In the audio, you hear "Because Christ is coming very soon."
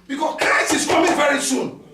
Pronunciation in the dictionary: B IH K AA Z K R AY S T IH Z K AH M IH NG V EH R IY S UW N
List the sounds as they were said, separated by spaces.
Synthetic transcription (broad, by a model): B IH K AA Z K R AY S IH S K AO M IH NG V EH R IY S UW N